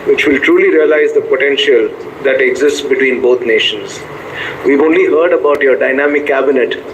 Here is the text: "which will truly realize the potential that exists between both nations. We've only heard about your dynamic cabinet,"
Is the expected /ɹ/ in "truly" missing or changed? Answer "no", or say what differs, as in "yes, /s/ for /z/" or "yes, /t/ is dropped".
no